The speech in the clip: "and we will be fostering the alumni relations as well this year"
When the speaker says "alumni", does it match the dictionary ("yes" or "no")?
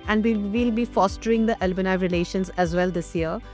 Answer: no